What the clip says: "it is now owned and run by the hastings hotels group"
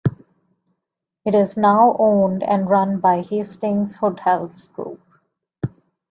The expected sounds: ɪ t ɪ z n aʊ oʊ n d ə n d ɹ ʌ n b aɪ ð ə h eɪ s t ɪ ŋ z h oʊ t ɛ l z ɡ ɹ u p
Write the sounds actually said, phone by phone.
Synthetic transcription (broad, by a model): ɪ t ɪ z n aʊ oʊ n d ə n d ɹ ʌ n b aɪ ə h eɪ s t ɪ ŋ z h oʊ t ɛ l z ɡ ɹ u p